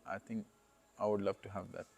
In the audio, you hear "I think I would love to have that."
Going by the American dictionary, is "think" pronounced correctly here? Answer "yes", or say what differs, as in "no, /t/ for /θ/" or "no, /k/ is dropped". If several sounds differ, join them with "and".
no, /t/ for /θ/